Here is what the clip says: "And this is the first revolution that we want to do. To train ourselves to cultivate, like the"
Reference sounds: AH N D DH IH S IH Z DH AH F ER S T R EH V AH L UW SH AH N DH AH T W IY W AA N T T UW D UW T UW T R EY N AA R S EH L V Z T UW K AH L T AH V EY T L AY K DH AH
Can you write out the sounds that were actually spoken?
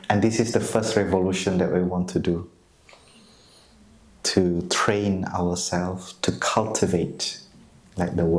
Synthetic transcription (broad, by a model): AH N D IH S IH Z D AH F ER S T R EH V AH L UW SH AH N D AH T W IY W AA N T T UW D UW T UW T R EY N AA W S EH L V T UW K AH L T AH V EY T L AY K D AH